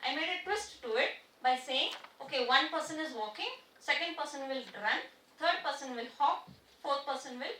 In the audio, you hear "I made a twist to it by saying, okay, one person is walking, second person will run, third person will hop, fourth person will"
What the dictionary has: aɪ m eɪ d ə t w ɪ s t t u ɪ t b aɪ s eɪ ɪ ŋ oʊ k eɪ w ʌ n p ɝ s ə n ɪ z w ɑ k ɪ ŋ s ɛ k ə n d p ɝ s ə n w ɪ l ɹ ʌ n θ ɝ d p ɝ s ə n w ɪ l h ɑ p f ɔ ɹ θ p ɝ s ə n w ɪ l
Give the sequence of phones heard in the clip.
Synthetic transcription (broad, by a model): aɪ m eɪ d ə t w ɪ s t t u ɪ t b aɪ s eɪ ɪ ŋ oʊ k eɪ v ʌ n p ɝ s ə n ɪ z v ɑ k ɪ ŋ s ɛ k ə n d p ɝ s ə n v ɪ l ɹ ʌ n t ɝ d p ɝ s ə n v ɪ l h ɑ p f ɔ ɹ t p ɝ s ə n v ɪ l